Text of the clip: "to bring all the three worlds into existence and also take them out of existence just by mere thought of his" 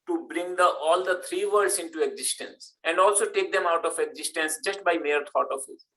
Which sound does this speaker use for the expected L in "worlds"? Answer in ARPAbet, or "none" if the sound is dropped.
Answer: none